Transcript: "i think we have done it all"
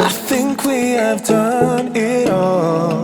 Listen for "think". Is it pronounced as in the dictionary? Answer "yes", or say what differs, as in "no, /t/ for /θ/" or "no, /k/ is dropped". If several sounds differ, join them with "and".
yes